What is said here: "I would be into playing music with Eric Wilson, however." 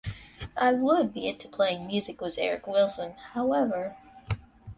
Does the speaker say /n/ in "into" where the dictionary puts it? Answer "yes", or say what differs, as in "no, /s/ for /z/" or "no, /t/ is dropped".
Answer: no, /n/ is dropped